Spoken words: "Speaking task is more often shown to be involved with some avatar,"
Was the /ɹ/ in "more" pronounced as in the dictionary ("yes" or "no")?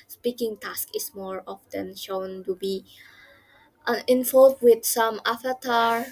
yes